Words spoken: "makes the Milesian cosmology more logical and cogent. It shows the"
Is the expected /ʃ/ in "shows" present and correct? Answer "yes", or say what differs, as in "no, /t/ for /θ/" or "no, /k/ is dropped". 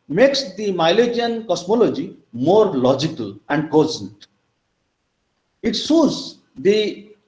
no, /s/ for /ʃ/